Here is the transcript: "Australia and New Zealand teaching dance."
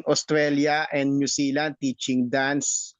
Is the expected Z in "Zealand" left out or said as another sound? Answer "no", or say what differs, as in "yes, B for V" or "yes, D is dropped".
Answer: yes, S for Z